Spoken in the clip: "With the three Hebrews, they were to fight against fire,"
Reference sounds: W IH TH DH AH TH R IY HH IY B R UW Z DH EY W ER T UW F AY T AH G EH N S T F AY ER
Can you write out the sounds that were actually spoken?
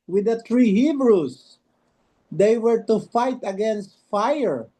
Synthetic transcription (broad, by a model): W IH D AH T R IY HH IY B R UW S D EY W ER T UW F AY T AH G EH N S T F AY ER